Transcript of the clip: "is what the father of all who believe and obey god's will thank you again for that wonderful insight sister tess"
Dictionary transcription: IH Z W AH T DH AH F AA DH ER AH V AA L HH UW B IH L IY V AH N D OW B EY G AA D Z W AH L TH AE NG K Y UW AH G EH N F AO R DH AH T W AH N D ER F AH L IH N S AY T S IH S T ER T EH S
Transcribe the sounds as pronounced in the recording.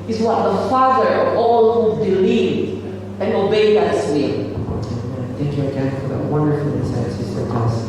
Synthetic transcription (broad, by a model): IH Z W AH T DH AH F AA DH ER AH V AA L HH UW B IH L IY V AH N OW B EY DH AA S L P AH N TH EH NG K Y UW AH G EH N F AO R DH AH T W AH N D ER F AH L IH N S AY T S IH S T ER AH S